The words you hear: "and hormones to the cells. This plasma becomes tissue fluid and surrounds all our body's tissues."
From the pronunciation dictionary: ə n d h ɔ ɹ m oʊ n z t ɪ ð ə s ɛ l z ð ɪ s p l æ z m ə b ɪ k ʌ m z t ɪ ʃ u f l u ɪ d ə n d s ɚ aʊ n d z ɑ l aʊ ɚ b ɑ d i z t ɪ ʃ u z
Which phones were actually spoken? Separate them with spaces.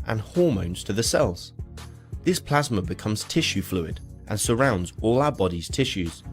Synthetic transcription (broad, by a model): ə n h ɔ ɹ m oʊ n z t ɪ ð ə s ɛ l z ð ɪ s p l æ z m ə b ɪ k ʌ m z t ɪ ʃ u f l u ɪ d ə n s ɚ aʊ n d z ɑ l aʊ ɚ b ɑ d i z t ɪ ʃ u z